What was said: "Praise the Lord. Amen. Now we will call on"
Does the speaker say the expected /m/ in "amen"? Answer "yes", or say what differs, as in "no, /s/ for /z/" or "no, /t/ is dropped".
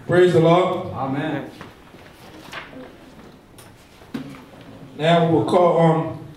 yes